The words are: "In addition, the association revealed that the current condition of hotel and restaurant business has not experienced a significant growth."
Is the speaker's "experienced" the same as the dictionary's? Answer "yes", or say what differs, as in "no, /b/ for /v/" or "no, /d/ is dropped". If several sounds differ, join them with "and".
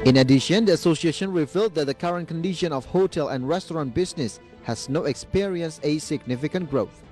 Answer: no, /t/ is dropped